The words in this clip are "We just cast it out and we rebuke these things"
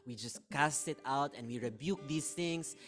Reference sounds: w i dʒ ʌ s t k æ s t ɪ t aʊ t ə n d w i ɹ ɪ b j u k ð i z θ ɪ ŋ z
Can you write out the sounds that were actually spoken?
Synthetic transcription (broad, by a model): w i dʒ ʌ s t k æ s t ɪ t aʊ t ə n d w i ɹ ɪ b j u k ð i s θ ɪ ŋ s